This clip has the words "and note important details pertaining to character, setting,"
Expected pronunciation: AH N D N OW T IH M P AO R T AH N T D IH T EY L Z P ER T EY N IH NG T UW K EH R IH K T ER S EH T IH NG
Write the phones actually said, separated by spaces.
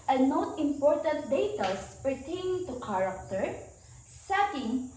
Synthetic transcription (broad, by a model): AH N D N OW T IH M P AO R T AH N T D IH T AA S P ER T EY IH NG T UW K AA R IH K T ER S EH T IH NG